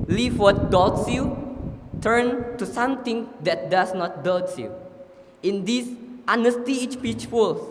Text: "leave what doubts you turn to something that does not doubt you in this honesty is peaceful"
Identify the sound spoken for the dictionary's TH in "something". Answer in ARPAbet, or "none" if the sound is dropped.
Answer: T